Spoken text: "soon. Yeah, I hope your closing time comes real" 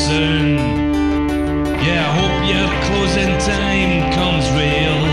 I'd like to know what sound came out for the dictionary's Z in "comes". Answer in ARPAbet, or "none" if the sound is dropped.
Z